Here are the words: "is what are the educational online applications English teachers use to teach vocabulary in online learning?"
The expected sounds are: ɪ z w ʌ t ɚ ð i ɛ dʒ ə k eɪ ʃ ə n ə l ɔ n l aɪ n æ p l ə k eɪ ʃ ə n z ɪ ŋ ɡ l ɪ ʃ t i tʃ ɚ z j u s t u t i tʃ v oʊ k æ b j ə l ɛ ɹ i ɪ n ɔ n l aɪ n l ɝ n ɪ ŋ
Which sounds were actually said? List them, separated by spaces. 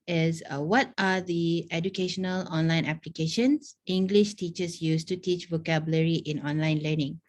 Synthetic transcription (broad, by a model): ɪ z w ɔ t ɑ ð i ɛ dʒ ə k eɪ ʃ ə n ə l ɔ n l aɪ n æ p l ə k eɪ ʃ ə n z ɪ ŋ ɡ l ɪ ʃ t i tʃ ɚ s j u s t u t i tʃ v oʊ k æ b j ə l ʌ ɹ i ɪ n ɔ n l aɪ n l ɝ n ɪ ŋ